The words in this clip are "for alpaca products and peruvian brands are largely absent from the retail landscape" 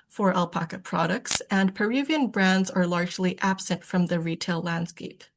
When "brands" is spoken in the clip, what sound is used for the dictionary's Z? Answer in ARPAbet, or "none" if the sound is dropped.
Z